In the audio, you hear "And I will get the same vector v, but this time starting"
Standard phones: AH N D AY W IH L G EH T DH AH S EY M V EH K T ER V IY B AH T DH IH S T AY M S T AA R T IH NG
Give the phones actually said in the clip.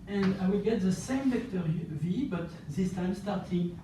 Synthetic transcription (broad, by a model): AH N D AY W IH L G EH T DH AH S EY M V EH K T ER V IY B AH T DH IH S T AY M S T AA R T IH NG